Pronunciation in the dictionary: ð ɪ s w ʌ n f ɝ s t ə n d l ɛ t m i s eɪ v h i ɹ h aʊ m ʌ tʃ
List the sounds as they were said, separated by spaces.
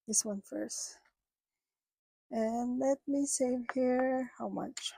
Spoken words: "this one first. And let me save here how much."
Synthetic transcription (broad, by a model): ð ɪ s w ʌ n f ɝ s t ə n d l ɛ t m i s eɪ v h i ɹ h aʊ m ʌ tʃ